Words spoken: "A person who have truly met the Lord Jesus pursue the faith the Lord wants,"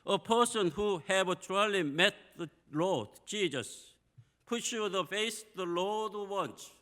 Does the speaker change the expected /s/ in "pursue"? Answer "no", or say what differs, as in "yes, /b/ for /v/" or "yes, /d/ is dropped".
yes, /ʃ/ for /s/